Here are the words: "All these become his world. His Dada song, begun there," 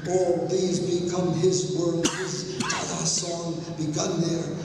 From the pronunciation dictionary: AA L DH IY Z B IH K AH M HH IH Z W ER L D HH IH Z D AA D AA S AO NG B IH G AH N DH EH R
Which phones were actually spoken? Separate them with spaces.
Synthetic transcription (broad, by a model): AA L DH IY Z B IH K AH M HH IH Z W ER D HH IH Z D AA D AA S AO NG B IH G AH N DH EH R